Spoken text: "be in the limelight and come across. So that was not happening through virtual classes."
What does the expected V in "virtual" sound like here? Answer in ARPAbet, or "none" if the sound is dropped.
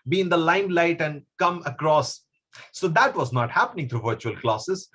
V